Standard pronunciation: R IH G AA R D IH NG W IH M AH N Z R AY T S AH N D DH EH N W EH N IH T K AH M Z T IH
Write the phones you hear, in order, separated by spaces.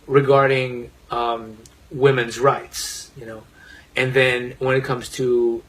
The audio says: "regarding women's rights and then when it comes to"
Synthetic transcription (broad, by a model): R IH G AA R D IH NG W IH M AH N Z R AY T S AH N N DH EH N W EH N IH T K AH M Z T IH